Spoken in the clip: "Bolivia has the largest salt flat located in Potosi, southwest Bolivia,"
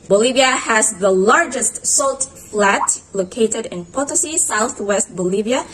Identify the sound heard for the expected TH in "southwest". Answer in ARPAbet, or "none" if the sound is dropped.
TH